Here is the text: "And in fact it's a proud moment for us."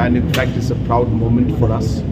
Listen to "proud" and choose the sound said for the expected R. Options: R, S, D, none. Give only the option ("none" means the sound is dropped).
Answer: R